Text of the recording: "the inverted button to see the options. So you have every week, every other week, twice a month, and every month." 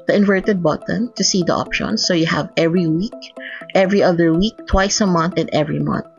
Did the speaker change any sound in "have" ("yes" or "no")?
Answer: no